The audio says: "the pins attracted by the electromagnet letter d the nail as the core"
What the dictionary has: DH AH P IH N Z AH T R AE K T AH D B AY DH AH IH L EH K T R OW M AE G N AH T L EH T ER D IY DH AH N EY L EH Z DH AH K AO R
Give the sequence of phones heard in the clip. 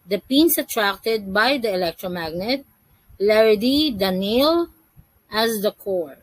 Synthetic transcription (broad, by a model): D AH P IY N S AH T R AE K T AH D B AY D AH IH L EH K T R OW M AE G N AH T L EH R D IY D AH N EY L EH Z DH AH K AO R